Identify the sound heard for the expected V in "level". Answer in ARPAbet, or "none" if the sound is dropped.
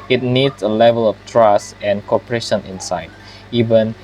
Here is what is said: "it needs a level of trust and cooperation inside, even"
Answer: V